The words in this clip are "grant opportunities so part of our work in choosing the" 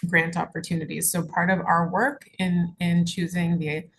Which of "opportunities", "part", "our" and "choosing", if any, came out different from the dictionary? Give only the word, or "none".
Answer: none